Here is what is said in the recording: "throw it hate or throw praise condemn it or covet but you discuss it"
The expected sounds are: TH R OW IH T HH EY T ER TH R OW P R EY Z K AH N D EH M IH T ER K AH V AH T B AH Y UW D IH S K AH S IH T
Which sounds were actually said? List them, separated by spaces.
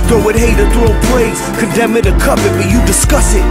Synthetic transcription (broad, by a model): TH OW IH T HH EY T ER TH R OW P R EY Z K AH N D EH M IH T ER K AH P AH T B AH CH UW D IH S K AH S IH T